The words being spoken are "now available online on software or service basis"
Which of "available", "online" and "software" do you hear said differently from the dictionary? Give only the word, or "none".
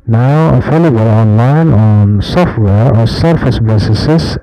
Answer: available